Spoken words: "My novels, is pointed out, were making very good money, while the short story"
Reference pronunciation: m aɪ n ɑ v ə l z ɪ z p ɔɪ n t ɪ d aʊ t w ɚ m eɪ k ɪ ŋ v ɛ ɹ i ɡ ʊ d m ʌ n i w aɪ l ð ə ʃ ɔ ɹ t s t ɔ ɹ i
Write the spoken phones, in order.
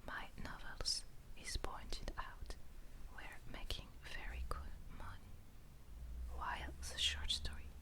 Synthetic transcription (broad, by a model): m aɪ n ɑ v ə l z ɪ z p ɔɪ n t ɪ d aʊ t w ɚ m eɪ k ɪ ŋ v ɛ ɹ i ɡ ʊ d m ʌ n i w aɪ l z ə ʃ ɔ ɹ t s t ɔ ɹ i